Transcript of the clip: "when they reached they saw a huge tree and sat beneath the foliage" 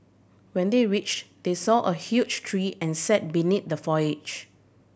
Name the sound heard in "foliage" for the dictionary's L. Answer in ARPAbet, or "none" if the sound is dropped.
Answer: none